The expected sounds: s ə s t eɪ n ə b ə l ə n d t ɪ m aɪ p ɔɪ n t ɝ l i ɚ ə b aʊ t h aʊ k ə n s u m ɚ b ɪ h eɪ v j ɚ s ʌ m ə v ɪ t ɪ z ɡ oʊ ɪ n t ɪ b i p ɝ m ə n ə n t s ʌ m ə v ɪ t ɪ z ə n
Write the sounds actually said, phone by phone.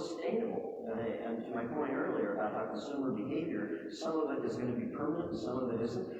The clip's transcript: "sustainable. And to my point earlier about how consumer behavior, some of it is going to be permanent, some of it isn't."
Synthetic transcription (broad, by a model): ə s t eɪ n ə b l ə n t ɪ m aɪ p ɔɪ n t ɝ l i ɚ ə b aʊ t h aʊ k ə n s u m ɚ b ɪ h eɪ v j ɚ s ʌ m ə v ɪ t ɪ z ɡ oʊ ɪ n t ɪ b i p ɝ m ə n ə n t s ʌ m ə v ɪ t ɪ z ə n